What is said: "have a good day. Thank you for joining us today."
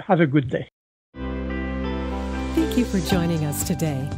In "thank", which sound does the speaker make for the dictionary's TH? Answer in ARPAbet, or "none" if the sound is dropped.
TH